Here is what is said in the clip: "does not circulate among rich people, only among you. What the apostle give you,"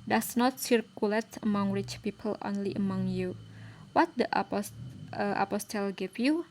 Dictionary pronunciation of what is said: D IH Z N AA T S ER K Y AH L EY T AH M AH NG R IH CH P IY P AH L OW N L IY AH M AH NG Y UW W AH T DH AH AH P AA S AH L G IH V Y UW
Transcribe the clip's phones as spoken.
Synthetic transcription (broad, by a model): D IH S N AA T S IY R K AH L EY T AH M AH NG R IH CH P IY P AH L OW N L IY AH M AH NG Y UW W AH T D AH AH P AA S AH L G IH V Y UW